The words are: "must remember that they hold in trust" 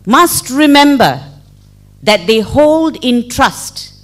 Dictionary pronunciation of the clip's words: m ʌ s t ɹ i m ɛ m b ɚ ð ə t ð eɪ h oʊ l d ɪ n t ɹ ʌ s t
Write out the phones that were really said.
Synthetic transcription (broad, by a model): m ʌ s t ɹ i m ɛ m b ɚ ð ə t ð eɪ h oʊ l d ɪ n t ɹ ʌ s t